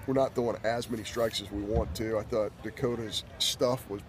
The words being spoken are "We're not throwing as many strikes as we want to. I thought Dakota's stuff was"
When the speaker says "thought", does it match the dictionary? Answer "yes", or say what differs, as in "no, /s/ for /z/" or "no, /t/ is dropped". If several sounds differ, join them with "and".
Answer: yes